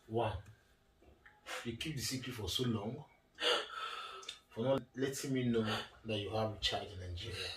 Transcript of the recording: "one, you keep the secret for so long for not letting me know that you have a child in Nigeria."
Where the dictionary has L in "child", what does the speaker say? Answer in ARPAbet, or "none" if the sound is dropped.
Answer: none